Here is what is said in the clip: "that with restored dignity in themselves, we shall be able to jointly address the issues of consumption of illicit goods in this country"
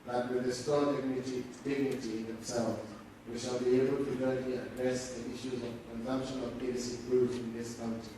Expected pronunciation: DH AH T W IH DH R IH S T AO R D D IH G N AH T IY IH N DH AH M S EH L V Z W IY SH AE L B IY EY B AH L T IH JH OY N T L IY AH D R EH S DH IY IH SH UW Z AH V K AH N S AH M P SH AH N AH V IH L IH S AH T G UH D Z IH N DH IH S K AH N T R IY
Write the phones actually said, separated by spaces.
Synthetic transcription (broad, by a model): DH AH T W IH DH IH S T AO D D D IH G N AH T IY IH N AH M S EH L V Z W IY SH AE L B IY EY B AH L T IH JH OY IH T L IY AH D R EH S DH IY IH SH UW Z AH V K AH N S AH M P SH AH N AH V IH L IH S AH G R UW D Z IH N DH IH S K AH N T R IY